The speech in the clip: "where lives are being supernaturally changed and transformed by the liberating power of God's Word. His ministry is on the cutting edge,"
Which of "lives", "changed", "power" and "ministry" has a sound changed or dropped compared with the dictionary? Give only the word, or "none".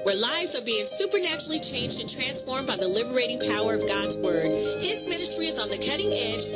none